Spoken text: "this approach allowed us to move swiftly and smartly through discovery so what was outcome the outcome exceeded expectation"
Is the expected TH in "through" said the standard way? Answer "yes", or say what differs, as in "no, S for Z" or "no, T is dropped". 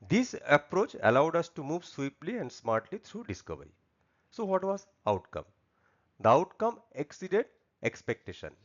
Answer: no, T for TH